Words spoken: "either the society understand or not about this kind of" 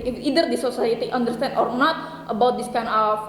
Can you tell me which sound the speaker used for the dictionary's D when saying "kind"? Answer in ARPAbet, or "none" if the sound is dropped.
none